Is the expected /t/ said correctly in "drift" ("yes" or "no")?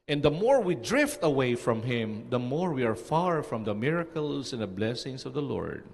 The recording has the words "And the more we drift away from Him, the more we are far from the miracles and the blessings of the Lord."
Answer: yes